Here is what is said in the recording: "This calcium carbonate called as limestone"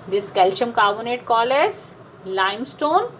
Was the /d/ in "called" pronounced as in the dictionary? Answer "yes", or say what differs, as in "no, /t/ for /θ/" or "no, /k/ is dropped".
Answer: no, /d/ is dropped